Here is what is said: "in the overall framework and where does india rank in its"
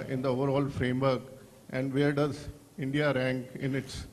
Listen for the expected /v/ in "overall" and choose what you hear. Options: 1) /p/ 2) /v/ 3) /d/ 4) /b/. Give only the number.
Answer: 2